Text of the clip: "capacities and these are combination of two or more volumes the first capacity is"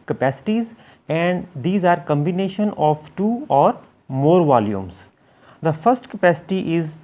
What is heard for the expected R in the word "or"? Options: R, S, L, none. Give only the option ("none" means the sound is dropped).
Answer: R